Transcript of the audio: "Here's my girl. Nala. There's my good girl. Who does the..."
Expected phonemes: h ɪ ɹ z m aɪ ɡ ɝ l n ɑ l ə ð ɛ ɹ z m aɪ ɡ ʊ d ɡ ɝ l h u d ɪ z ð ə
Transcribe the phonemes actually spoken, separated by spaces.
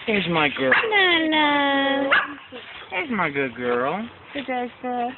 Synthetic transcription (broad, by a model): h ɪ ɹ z m aɪ ɡ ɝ n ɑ n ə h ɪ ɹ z m aɪ ɡ ʊ d ɡ ɝ l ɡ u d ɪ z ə